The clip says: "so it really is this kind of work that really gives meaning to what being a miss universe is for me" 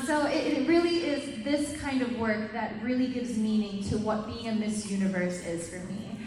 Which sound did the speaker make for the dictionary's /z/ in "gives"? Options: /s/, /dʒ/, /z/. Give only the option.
/z/